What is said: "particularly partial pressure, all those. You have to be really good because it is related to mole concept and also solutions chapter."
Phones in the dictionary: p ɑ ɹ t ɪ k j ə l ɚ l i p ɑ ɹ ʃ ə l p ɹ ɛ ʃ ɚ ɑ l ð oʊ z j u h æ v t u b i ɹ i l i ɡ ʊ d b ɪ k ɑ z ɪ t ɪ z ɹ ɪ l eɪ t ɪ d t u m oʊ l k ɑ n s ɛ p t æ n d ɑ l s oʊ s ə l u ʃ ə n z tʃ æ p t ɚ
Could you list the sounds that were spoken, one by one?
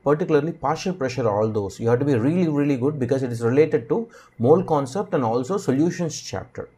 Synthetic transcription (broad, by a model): p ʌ ɹ t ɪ k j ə l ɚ l i p ɑ ɹ ʃ ə l p ɹ ɛ ʃ ɚ ɑ l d oʊ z j u h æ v t u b i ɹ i l i ɡ ʊ d b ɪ k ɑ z ɪ t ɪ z ɹ ɪ l eɪ t ɪ d t u m oʊ l k ɑ n s ɛ p t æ n d ɑ l s oʊ s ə l u ʃ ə n s tʃ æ p t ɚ